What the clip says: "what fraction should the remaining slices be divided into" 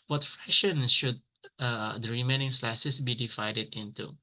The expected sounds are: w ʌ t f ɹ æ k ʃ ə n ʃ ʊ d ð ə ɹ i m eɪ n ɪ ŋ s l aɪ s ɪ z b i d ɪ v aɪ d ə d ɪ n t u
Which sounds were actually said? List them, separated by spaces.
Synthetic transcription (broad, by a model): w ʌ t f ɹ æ ʃ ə n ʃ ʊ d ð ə ɹ i m eɪ n ɪ ŋ s l aɪ s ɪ s b i d ɪ v aɪ d ə d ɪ n t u